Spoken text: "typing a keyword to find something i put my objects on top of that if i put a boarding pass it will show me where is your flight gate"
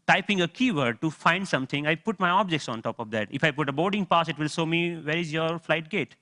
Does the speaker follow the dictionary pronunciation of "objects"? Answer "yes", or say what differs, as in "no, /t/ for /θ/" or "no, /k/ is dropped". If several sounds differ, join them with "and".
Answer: yes